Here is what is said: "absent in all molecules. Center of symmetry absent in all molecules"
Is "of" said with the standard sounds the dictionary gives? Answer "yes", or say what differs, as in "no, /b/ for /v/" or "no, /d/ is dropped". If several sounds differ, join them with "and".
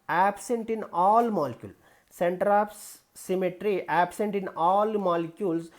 no, /p/ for /v/